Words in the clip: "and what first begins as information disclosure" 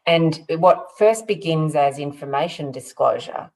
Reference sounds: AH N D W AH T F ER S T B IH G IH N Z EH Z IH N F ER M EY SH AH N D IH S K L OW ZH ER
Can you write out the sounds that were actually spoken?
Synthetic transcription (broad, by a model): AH N W AH T F ER S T B IH G IH N Z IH Z IH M F ER M EY SH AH N D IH S K L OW ZH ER